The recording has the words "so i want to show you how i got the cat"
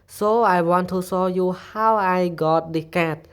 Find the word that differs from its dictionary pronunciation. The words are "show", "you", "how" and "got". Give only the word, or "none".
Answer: show